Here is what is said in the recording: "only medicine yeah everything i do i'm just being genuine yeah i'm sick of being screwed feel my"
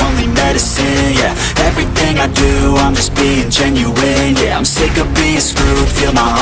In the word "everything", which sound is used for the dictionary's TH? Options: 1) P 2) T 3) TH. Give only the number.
3